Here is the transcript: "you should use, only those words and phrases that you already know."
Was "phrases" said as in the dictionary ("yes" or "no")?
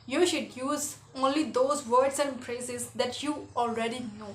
no